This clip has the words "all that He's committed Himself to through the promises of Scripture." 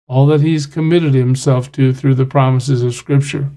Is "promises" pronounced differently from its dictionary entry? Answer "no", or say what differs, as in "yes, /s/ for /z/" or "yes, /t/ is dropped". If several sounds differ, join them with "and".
no